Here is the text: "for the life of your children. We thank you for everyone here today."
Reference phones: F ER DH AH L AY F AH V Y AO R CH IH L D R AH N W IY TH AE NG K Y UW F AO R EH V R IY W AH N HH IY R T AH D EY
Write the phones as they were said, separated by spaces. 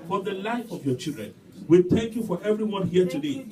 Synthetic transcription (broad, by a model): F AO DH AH L AY F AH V Y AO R CH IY L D R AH N W IY TH AE NG K Y UW F AO R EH V R IY W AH N HH IY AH T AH D EY